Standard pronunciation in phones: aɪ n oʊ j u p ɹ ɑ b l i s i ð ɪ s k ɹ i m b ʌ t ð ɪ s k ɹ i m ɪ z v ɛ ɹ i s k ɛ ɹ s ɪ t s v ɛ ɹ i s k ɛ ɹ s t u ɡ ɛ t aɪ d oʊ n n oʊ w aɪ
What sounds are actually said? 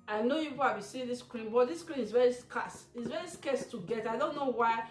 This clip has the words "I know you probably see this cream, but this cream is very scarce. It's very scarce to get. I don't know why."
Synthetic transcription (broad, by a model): aɪ n oʊ j u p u ɑ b i s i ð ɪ s k ɹ i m b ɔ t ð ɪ s k ɹ i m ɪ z v ɛ ɹ i s k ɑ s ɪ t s v ɛ ɹ i s k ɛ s t u ɡ ɛ t aɪ d oʊ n n oʊ w aɪ